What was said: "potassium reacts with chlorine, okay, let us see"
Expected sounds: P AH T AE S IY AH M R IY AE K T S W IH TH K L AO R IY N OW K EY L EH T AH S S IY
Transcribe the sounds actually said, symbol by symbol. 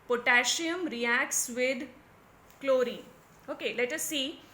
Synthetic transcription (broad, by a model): P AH T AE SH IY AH M R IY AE K S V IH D K L AO R IY OW K EY L EH T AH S S IY